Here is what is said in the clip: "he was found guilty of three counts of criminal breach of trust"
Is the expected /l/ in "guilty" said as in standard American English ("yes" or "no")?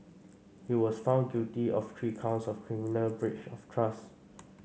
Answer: no